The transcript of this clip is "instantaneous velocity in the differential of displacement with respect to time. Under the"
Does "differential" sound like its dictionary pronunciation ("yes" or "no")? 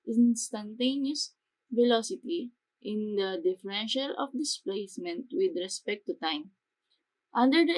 yes